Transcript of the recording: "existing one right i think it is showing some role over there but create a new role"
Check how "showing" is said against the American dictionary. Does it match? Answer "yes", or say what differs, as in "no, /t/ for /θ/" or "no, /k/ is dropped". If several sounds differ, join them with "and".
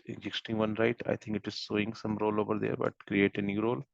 no, /s/ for /ʃ/